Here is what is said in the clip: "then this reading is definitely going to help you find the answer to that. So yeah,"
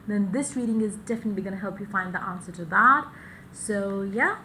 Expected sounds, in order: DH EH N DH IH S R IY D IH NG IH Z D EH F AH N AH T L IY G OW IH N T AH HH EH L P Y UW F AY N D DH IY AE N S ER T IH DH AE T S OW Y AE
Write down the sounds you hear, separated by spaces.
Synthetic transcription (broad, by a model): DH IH N DH IH S R IY D IH NG IH Z D EH F AH N AH T L IY G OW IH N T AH HH EH L P Y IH F AY N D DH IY AE N S ER T IH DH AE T S OW Y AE